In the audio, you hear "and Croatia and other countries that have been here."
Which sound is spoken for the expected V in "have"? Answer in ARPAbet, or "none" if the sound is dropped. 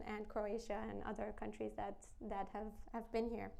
V